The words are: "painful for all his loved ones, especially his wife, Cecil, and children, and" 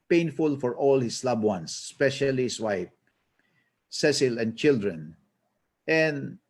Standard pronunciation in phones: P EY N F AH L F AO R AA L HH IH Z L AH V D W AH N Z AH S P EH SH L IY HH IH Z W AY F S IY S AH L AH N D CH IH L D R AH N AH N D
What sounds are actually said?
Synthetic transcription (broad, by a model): P EY N F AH L F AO R AA L HH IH S L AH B W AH N S P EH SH IY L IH S W AY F S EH S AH L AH N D CH IH L D R AH N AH N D